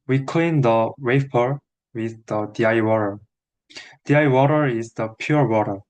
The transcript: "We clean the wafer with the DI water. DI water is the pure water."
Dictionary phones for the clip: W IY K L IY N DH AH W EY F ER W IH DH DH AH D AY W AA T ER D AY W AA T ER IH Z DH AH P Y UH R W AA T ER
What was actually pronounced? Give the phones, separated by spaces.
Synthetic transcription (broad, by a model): W IY K L IY N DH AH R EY P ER W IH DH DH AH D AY W AA T ER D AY W AA T ER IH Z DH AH P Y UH R W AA T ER